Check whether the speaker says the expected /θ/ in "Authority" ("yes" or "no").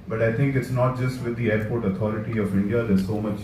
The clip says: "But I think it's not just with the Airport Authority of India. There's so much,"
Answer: no